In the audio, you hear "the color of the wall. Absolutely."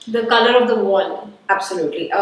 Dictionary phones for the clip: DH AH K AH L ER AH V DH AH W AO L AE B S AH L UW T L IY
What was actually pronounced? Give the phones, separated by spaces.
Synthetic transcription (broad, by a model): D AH K AH L ER AH V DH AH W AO N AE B S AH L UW T L IY